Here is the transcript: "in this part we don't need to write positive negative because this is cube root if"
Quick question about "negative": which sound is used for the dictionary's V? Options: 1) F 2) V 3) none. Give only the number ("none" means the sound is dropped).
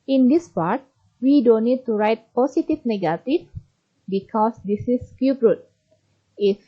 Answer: 1